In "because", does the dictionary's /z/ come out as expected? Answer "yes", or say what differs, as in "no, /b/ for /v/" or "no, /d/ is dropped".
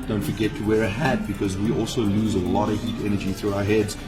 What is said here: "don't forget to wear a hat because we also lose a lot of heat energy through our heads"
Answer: yes